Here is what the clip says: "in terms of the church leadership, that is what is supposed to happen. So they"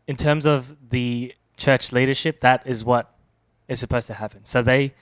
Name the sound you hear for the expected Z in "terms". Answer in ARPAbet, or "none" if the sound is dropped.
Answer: Z